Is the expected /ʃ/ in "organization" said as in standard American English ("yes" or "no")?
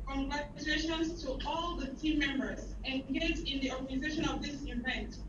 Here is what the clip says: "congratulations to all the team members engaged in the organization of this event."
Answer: yes